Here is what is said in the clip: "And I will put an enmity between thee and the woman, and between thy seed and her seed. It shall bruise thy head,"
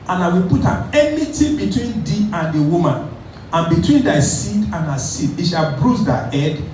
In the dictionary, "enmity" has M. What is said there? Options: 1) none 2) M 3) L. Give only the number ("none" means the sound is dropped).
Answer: 1